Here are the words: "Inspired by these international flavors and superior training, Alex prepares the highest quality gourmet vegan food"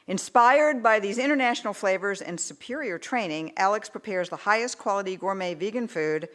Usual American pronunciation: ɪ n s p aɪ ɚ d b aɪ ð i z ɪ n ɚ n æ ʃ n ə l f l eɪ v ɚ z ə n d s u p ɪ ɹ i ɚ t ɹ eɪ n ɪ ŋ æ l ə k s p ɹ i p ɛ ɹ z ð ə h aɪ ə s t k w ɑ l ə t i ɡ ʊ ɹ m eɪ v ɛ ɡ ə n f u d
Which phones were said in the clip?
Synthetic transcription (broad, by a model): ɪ n s p aɪ ɚ d b aɪ ð i z ɪ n ɚ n æ ʃ n l f l eɪ v ɚ z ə n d s u p ɪ ɹ i ɚ t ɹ eɪ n ɪ ŋ æ l ə k s p ɹ i p ɛ ɹ z ð ə h aɪ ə s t k w ɑ l ə t i ɡ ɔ ɹ m eɪ v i ɡ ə n f u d